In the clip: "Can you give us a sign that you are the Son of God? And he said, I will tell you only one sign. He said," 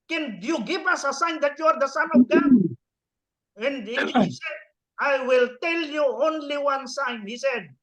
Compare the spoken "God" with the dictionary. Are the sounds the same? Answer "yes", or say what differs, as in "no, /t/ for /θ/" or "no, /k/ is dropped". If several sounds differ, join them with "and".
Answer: no, /d/ is dropped